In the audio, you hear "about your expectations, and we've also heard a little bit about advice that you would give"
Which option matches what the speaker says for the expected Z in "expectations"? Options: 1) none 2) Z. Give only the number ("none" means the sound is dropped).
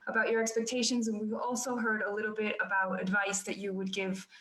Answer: 2